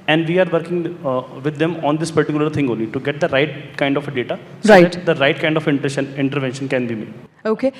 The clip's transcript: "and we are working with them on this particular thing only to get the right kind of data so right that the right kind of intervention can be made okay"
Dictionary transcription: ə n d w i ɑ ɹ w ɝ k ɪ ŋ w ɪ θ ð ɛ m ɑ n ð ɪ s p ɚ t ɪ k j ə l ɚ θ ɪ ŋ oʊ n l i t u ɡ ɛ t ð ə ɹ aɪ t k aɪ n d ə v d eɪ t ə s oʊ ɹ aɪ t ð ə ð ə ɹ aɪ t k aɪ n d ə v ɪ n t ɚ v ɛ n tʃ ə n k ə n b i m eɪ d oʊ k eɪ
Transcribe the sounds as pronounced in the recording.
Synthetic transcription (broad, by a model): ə n d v i ɑ ɹ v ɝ k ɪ ŋ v ɪ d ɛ m ɑ n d ɪ s p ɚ t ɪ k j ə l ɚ t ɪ ŋ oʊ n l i t u ɡ ɛ t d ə ɹ aɪ t k aɪ n d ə f d eɪ t ə s oʊ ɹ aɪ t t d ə ɹ aɪ t k aɪ n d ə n ɪ n t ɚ v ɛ n ʃ ə n k ə n b i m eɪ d oʊ k eɪ